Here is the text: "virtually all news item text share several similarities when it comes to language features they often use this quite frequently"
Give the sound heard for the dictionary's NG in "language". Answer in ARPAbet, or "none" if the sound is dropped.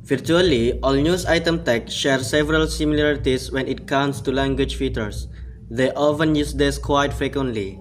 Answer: NG